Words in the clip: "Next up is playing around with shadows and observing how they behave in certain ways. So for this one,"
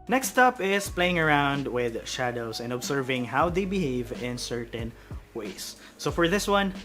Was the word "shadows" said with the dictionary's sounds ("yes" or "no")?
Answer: no